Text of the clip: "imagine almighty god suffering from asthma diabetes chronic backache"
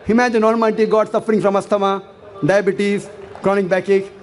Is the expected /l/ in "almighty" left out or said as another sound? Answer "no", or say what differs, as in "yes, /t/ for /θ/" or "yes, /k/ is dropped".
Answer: yes, /n/ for /l/